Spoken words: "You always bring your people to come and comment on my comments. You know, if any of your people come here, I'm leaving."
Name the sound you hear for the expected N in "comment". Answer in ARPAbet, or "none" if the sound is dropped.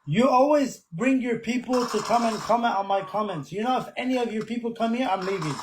N